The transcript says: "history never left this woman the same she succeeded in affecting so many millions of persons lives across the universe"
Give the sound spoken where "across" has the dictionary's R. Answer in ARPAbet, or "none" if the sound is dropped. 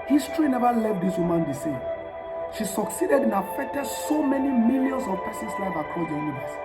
none